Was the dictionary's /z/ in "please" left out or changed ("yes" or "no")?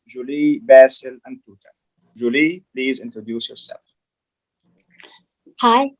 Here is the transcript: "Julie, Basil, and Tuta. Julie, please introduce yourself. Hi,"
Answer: no